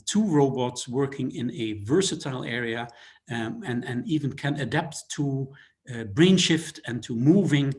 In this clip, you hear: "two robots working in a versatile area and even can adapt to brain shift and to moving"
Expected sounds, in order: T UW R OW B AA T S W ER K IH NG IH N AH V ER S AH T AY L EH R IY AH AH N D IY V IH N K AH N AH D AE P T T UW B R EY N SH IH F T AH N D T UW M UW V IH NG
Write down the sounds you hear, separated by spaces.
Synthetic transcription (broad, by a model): T UW R OW B AA T S W ER K IH NG IH N AH V ER S AH T AY L EH R IY AH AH N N IY V IH N K AH N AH D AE P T T UW B R EY N SH IH F T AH N T UW M UW V IH NG